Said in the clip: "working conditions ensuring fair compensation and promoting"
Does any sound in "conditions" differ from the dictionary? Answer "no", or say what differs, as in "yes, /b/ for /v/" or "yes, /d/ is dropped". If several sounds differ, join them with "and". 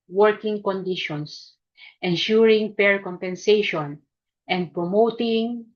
yes, /s/ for /z/